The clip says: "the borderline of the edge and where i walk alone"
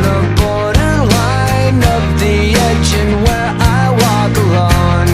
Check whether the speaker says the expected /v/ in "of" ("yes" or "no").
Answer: no